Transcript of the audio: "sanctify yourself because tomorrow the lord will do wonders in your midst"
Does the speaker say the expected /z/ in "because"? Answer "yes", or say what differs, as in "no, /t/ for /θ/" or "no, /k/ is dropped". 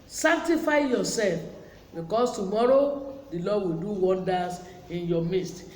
no, /s/ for /z/